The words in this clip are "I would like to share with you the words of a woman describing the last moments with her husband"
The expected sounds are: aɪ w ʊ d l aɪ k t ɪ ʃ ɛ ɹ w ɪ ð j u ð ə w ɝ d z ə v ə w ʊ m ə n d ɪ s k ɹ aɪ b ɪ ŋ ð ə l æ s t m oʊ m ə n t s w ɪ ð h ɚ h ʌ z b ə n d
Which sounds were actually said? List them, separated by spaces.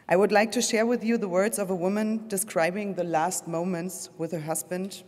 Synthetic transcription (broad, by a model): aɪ w ʊ d l aɪ k t ɪ ʃ ɛ ɹ w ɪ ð j u ð ə w ɝ d z ə v ə w ʊ m ə n d ɪ s k ɹ aɪ b ɪ ŋ ð ə l æ s t m oʊ m ə n t s w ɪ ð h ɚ h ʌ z b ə n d